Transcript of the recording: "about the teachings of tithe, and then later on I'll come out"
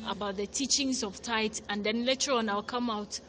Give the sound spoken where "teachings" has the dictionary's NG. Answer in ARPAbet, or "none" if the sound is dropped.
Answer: NG